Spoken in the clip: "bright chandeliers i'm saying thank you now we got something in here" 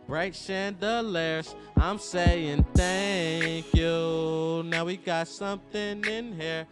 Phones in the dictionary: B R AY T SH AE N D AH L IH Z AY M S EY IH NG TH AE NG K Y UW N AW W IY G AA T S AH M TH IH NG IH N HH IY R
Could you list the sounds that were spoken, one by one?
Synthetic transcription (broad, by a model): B R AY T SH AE N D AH L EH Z AY M S EY IH NG TH AE NG K Y UW N AW W IY G AA T S AH M TH IH NG IH N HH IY R